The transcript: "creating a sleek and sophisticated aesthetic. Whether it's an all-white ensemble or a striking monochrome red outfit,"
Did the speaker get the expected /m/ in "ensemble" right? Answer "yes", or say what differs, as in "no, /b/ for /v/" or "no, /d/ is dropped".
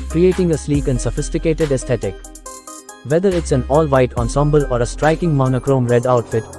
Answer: yes